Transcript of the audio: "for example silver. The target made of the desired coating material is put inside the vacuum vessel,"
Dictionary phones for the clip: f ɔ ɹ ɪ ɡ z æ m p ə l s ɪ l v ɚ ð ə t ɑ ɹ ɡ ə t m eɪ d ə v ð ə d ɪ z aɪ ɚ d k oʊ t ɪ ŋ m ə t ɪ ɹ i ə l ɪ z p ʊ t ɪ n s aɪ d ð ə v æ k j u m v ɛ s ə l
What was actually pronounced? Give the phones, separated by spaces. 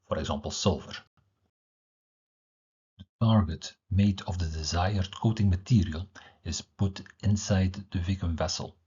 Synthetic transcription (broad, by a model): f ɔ ɹ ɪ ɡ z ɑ m p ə l s ɪ l v ɚ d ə t ɑ ɹ ɡ ə t m eɪ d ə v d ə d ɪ z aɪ ɚ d k oʊ t ɪ ŋ m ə t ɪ ɹ i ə l ɪ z p ʊ t ɪ n s aɪ d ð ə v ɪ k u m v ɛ s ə l